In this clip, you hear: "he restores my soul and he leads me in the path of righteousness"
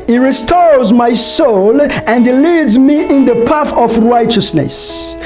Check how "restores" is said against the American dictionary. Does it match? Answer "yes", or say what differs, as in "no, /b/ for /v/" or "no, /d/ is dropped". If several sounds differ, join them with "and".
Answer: yes